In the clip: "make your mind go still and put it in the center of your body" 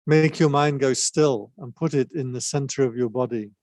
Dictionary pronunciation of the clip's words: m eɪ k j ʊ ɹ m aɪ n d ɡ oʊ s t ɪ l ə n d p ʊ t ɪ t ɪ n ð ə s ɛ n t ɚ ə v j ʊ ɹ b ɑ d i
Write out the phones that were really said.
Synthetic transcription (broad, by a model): m eɪ k j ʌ ɹ m aɪ n ɡ oʊ s t ɪ l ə n p ʊ t ɪ t ɪ n ð ə s ɛ n t ɚ ə v j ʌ ɹ b ɑ d i